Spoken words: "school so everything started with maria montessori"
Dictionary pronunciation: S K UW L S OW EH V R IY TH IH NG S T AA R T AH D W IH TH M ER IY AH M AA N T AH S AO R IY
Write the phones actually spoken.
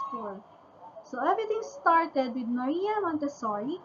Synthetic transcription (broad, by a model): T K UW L S OW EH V R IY T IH NG S T AA R T AH D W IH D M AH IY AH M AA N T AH S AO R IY